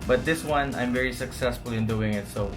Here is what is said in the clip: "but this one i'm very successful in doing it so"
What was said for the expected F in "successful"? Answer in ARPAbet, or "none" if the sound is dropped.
F